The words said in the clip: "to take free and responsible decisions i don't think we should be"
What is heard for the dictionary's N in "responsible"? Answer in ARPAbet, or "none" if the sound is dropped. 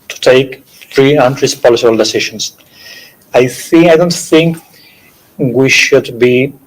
L